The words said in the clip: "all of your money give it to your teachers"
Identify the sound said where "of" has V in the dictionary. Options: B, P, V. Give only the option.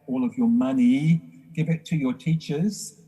V